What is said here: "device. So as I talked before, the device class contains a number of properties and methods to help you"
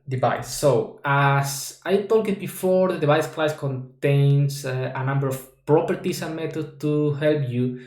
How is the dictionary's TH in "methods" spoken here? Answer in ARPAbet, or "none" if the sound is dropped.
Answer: T